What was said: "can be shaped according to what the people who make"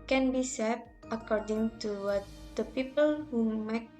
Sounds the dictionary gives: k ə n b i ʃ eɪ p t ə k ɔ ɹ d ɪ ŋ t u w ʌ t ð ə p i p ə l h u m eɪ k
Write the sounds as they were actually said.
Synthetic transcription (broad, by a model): k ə n b i s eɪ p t ə k ɔ ɹ d ɪ ŋ t u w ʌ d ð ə p i p ə l h u m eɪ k